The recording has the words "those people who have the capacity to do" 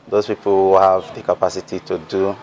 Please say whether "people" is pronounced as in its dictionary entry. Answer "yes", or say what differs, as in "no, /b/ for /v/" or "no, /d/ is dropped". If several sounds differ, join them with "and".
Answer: no, /w/ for /l/